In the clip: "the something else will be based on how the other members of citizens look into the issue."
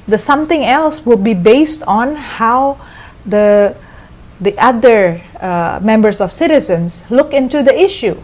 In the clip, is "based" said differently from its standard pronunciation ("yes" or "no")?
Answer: no